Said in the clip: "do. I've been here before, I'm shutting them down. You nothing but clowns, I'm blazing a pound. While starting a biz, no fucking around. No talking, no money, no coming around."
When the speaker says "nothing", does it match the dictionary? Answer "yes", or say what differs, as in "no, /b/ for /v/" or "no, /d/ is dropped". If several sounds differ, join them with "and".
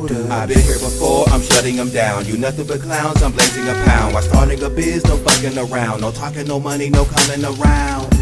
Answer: yes